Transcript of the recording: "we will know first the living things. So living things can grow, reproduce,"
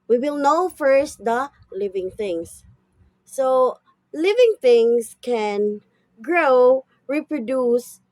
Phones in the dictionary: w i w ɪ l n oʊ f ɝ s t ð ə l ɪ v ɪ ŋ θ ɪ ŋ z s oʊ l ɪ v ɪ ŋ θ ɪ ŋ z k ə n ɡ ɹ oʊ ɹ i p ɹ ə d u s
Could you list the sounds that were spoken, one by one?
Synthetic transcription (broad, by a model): w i w ɪ l n oʊ f ɝ s t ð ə l ɪ v ɪ ŋ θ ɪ ŋ s oʊ l ɪ v ɪ ŋ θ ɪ ŋ s k ə n ɡ ɹ oʊ ɹ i p ɹ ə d u s